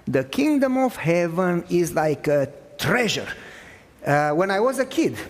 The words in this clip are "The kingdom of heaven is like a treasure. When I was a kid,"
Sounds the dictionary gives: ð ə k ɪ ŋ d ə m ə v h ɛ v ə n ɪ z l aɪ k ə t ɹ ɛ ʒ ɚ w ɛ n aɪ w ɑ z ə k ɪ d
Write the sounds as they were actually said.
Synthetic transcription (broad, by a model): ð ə k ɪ ŋ d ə m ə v h ɛ v ə n ɪ z l aɪ k ə t ɹ ɛ ʒ ɚ w ɛ n aɪ w ɑ z ə k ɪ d